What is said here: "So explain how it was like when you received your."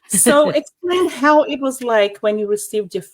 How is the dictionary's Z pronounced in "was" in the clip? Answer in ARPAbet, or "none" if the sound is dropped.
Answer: Z